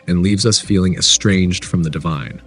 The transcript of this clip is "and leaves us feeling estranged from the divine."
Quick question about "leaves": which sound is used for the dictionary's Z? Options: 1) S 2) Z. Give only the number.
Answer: 2